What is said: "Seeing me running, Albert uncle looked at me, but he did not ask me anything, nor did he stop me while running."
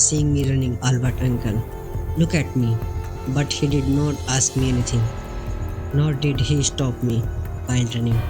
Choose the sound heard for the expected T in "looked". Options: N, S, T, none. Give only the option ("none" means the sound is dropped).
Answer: none